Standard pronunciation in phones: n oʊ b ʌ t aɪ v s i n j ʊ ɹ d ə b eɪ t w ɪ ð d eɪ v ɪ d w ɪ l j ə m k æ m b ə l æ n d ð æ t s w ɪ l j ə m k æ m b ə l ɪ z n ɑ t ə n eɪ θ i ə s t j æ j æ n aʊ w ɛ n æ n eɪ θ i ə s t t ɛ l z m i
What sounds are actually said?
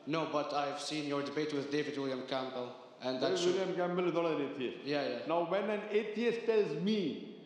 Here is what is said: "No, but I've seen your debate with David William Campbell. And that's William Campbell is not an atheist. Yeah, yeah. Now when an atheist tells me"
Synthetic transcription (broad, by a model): n oʊ b ʌ t aɪ v s i n j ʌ ɹ d ə b eɪ t w ɪ ð d eɪ v ɪ d w ɪ l j ə m k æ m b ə l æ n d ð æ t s w ɪ l j ə m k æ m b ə l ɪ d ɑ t ə n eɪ t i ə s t j æ j æ n aʊ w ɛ n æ n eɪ t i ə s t t ɛ l z m i